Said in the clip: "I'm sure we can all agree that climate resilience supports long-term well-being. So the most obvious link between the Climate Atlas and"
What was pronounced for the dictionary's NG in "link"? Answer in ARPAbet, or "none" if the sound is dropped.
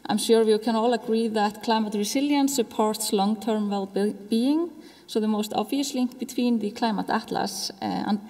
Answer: NG